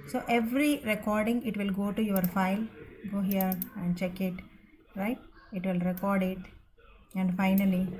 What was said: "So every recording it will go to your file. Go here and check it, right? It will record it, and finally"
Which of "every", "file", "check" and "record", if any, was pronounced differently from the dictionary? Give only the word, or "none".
none